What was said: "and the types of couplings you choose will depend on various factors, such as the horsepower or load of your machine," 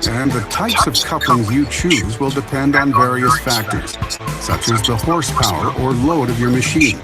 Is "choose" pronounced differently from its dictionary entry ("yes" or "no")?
no